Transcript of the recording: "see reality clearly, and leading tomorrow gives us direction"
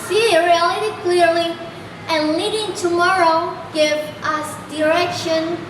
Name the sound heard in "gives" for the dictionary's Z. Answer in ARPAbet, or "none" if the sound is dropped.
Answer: none